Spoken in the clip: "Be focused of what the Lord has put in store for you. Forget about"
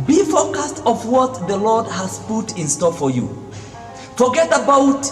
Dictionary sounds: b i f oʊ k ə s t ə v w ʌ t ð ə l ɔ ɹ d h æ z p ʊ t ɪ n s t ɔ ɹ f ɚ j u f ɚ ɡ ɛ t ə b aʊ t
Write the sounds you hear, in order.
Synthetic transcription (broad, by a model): b i f oʊ k ə s t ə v w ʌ t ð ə l ɔ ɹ d h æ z p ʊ t ɪ n s t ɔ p f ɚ j u f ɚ ɡ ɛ t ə b aʊ t